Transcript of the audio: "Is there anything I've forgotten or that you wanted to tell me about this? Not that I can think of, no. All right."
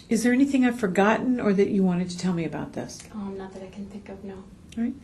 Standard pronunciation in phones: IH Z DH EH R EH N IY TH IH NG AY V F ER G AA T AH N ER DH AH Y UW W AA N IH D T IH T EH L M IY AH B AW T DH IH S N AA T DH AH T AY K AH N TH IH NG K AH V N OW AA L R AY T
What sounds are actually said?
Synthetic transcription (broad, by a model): IH Z DH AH R EH N IY TH IH NG AY V F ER G AA T N ER DH AH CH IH W AA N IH D T IH T EH L M IY AH B AW T DH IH S N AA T DH AH T AY K N TH IH NG K AH V N OW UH R AY T